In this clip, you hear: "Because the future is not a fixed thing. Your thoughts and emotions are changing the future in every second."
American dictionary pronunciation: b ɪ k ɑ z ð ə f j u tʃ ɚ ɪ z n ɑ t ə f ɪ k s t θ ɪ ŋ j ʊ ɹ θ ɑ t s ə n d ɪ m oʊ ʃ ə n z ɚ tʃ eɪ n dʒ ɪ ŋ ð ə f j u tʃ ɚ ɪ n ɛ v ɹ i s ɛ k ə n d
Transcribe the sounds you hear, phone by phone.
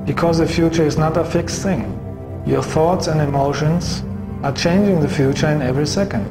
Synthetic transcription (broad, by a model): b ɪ k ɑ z ð ə f j u tʃ ɚ ɪ z n ɑ t ə f ɪ k s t θ ɪ ŋ j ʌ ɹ θ ɑ t s ə n d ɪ m oʊ ʃ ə n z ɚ tʃ eɪ n dʒ ɪ ŋ ð ə f j u tʃ ɚ ɪ n ɛ v ɹ i s ɛ k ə n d